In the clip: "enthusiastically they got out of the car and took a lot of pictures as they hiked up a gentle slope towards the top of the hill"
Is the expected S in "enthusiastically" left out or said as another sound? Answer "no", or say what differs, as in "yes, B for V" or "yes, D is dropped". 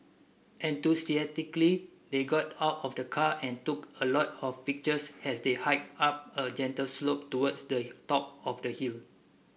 yes, S is dropped